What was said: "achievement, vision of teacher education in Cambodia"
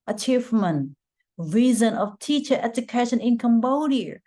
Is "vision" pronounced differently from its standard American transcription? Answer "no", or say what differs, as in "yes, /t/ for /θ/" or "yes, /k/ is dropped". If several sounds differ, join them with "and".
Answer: yes, /z/ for /ʒ/